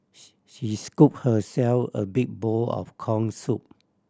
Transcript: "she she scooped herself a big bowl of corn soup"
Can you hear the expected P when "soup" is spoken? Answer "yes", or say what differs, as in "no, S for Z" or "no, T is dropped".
yes